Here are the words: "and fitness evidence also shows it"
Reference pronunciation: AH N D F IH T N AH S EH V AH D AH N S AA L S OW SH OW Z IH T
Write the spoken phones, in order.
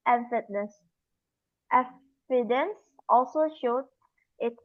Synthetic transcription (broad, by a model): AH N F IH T N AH S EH F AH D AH N S AA L S OW SH OW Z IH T